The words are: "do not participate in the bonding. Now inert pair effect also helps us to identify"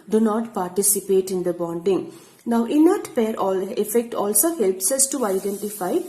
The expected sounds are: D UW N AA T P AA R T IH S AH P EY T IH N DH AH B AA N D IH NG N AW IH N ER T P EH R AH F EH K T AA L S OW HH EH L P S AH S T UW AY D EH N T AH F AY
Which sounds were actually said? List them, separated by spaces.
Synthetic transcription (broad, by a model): D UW N AA T P AA R T IH S AH P EY T IH N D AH B AA N D IH NG N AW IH N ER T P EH R AH F EH K T AA L S OW HH EH L P S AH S T UW AY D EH N T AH F AY